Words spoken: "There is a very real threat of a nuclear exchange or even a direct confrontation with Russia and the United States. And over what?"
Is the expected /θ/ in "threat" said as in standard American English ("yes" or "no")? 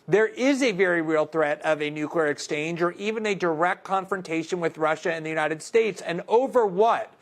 yes